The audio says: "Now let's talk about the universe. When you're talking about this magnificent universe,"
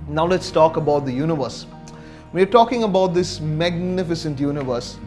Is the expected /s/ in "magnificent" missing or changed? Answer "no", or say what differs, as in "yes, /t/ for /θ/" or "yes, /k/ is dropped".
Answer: no